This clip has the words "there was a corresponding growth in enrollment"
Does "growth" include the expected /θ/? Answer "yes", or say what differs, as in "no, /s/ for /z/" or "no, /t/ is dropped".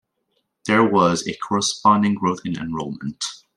yes